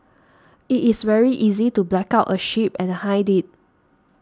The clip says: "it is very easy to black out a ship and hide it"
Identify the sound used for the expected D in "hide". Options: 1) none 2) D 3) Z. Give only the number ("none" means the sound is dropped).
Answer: 2